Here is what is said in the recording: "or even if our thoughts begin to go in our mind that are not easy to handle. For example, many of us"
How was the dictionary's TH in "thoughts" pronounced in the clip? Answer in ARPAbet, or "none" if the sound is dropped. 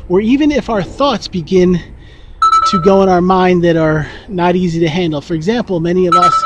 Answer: TH